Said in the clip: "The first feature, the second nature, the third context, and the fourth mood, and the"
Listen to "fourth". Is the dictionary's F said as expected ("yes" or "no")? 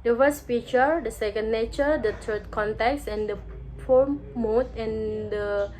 no